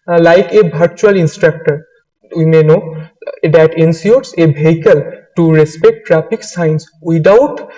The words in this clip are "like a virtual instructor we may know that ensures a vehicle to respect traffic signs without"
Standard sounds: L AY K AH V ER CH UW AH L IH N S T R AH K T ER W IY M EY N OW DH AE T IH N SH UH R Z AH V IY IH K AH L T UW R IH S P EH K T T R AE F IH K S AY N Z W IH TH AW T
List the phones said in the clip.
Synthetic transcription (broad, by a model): L AY K AH B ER CH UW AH L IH N S T R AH K T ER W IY M EY N OW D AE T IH N S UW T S AH B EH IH K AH L T UW R IH S P EH K T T R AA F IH K S AY N S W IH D AW T